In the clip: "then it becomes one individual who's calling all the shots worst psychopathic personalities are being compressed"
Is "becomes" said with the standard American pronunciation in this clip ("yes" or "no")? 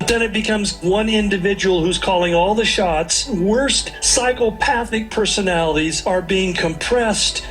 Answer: yes